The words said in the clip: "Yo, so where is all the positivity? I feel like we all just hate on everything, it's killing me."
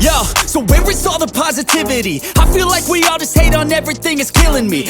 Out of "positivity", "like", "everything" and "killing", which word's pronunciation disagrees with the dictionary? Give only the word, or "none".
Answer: none